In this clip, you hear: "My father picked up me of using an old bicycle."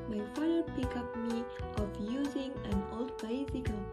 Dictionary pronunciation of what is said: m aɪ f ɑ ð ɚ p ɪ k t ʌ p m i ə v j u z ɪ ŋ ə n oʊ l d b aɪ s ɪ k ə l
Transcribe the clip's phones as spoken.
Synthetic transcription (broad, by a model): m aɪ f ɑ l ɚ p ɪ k ɑ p m i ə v j u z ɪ ŋ ə n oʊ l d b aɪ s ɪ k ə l